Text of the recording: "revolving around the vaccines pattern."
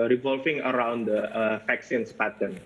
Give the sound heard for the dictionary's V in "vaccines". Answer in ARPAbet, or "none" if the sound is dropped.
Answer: F